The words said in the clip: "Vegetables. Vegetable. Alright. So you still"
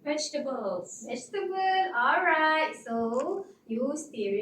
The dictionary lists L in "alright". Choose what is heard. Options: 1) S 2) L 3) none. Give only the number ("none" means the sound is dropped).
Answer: 2